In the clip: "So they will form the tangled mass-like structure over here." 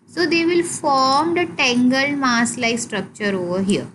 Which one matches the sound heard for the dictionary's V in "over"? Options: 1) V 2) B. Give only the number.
1